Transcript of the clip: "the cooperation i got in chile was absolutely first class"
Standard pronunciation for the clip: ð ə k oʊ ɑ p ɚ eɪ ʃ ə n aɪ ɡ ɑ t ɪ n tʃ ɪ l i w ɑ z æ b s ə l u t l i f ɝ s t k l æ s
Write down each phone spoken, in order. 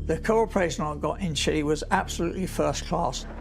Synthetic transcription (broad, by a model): ð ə k oʊ ɑ p ɚ eɪ ʃ ə n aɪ ɡ ɑ t ɪ n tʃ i w ɑ z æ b s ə l u t l i f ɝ s k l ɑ s